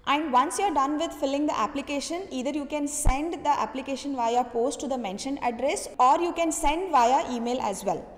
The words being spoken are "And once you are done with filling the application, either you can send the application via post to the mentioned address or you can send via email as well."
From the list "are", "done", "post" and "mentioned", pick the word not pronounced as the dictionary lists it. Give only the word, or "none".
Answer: mentioned